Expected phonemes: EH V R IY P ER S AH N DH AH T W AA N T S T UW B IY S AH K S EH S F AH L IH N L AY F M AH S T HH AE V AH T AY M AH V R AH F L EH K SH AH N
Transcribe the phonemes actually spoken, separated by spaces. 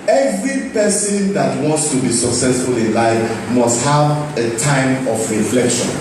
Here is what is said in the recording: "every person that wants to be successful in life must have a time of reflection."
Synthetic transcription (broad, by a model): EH V R IY P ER S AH N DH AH T W AA N T S T UW B IY S AH K S EH S F AH L IH N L AY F M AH S T HH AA V AH T AY M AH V R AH F L EH K SH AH N